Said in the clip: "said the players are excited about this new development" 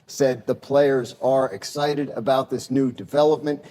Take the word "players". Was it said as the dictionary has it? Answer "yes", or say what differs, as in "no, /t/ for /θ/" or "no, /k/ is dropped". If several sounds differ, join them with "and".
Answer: yes